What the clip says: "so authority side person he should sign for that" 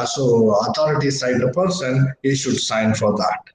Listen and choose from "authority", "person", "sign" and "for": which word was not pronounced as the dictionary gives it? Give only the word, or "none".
authority